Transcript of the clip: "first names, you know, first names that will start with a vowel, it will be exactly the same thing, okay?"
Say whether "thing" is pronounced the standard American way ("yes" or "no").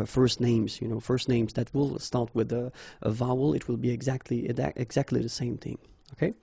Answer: yes